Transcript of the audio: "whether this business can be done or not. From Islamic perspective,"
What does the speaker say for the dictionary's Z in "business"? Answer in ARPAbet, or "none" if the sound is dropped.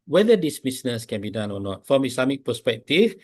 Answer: S